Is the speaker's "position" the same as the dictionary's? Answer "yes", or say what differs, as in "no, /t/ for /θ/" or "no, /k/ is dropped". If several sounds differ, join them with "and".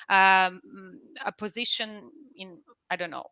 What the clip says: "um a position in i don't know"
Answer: yes